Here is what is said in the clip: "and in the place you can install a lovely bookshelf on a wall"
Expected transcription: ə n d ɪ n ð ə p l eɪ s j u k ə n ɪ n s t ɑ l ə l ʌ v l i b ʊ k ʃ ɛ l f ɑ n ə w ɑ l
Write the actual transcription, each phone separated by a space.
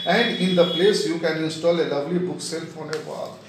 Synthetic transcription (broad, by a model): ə n d ɪ n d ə p l eɪ s j u k ə n ɪ n s t ɑ l ə l ʌ v l i b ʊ k s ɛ l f ɑ n ə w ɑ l